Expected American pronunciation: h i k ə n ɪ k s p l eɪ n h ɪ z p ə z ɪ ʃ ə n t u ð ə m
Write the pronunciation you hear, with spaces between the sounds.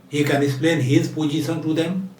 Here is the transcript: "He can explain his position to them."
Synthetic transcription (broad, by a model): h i k ə n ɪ s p l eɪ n h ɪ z p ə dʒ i s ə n t u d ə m